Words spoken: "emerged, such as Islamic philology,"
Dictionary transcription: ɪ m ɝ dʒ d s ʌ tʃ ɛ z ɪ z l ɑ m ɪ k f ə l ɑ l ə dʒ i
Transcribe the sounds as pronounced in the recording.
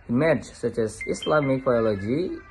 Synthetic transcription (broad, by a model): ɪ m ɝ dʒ s ʌ tʃ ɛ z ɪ s l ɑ m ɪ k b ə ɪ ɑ l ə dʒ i